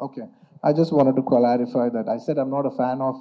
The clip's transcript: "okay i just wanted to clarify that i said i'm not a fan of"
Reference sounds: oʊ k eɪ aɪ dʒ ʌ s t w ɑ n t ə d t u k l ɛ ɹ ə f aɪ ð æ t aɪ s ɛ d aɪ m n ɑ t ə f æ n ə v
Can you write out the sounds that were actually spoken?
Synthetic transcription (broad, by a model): oʊ k eɪ aɪ dʒ ʌ s t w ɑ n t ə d t u k l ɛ ɹ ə f aɪ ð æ t aɪ s ɛ d aɪ m n ɑ t ə f æ n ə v